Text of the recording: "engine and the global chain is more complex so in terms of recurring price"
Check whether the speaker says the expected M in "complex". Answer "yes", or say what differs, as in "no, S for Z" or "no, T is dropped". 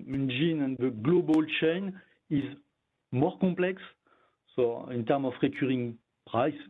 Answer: no, M is dropped